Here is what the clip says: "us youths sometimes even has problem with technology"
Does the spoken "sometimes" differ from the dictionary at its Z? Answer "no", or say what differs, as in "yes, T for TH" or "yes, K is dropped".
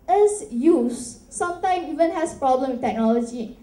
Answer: yes, Z is dropped